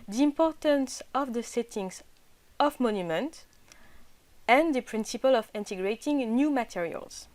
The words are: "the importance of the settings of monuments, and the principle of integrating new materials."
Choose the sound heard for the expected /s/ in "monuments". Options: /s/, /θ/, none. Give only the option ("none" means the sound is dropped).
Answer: none